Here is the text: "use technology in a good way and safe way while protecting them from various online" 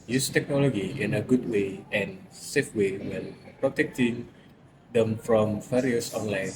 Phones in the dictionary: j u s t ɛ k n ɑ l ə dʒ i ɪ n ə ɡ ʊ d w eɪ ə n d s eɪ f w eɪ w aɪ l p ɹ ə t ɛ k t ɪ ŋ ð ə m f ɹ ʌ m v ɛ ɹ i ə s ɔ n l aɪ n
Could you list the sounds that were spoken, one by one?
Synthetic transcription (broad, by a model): j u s t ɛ k n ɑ l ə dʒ i ɪ n ə ɡ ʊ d w eɪ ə n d s eɪ f w eɪ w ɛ n p ɹ ə t ɛ k t ɪ ŋ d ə m f ɹ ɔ m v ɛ ɹ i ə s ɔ n l aɪ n